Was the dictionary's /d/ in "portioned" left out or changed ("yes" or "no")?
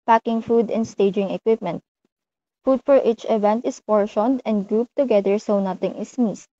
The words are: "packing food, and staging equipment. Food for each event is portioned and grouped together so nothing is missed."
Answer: no